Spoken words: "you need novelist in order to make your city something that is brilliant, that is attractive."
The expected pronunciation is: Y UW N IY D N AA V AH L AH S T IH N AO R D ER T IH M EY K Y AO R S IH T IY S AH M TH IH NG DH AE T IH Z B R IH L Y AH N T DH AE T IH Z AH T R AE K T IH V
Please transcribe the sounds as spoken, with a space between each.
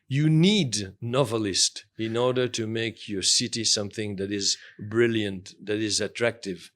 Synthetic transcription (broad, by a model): Y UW N IY D N AA V AH L AH S T IH N AO R D ER T IH M EY K Y AO R S IH T IY S AH M TH IH NG DH AE T IH Z B R IH L Y AH N T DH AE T IH Z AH T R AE K T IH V